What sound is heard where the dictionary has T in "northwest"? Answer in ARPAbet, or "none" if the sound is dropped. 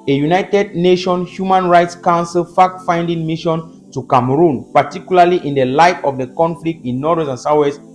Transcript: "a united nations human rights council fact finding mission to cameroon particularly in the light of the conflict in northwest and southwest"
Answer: none